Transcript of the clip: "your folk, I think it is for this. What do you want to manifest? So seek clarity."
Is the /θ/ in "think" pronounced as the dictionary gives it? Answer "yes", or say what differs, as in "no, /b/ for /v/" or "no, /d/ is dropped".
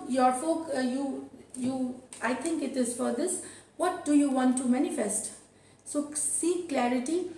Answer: no, /t/ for /θ/